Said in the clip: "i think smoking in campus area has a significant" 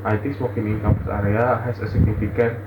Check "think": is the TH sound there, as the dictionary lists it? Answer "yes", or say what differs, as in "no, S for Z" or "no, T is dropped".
no, T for TH